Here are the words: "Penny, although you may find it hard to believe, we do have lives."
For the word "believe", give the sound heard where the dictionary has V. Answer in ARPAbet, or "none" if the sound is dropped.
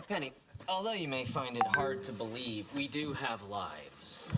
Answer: V